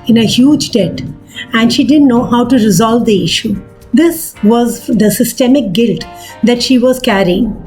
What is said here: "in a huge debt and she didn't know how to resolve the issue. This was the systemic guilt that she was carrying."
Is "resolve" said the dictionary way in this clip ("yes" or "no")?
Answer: yes